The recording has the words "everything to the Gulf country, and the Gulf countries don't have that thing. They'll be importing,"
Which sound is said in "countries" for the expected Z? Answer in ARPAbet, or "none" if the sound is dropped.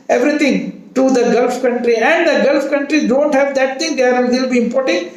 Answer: none